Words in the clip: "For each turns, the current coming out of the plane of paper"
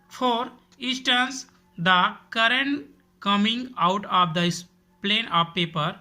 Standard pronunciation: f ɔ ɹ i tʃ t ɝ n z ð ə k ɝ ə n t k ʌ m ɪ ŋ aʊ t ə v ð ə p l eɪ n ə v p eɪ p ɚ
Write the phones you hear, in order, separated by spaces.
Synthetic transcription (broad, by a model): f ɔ ɹ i s t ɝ n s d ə k ɝ ə n t k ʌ m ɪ ŋ aʊ t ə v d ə p l eɪ n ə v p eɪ p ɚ